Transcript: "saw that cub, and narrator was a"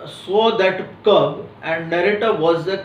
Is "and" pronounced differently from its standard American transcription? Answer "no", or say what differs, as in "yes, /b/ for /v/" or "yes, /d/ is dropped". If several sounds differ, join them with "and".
no